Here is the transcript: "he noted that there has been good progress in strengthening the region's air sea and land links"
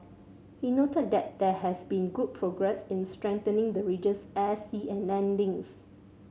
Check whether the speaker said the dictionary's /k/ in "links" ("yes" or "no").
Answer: no